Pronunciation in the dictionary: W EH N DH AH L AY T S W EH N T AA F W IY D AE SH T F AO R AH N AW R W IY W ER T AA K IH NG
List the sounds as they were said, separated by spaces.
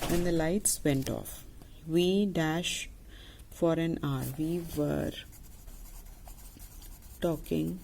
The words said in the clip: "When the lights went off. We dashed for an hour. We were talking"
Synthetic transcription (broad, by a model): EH N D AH L AY T S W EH N T AA F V IY D AE SH T F AO R AH N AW R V IY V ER T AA K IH NG